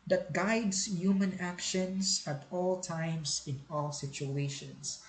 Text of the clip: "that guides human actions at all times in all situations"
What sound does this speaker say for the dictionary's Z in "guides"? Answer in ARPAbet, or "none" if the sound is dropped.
S